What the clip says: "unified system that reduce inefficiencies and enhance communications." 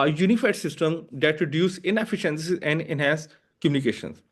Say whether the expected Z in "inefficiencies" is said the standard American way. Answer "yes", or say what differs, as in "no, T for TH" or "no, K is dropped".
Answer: no, Z is dropped